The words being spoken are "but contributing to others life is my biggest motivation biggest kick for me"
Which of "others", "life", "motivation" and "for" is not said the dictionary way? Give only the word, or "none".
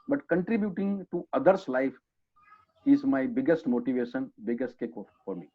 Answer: others